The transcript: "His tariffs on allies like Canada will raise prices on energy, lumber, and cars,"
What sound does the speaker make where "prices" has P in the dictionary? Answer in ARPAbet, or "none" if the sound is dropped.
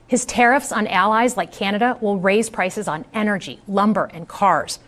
P